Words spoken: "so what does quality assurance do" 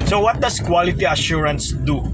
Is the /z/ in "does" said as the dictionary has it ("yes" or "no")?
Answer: no